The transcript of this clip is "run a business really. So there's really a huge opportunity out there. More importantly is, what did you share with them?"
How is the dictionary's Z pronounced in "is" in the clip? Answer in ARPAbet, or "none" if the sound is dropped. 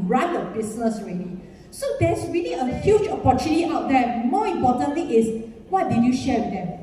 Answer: S